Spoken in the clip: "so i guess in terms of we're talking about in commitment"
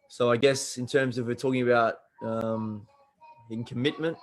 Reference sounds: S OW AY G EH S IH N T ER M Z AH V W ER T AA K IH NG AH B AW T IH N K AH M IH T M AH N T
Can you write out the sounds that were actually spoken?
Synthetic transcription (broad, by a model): S OW AY G EH S IH N T ER M Z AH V W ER T AA K IH NG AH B AW T IH N K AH M IH T M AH N T